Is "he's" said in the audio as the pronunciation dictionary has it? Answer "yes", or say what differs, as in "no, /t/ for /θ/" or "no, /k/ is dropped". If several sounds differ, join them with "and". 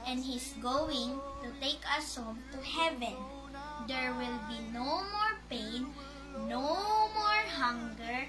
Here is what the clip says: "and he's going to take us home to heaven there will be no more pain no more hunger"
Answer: no, /s/ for /z/